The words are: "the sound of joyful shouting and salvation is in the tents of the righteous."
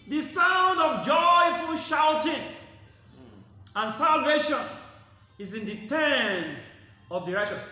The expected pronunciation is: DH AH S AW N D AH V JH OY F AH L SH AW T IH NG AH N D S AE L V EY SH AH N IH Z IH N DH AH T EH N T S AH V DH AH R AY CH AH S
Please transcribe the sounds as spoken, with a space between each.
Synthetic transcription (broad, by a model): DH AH S AW N D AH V JH OY F AH L SH AW T IH NG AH N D S AE L V EY SH AH N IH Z IH N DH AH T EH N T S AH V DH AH R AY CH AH S